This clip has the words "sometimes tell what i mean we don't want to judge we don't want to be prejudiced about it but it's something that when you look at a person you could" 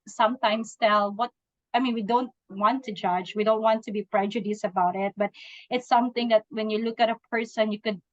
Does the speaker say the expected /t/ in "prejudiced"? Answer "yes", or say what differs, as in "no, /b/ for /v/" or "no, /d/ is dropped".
no, /t/ is dropped